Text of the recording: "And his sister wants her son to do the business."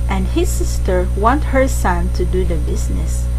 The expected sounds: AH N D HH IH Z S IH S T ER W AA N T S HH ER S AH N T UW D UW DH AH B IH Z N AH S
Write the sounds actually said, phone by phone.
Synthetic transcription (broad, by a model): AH N D HH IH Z S IH S T ER W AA N T HH ER S AH N T UW D UW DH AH B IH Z N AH S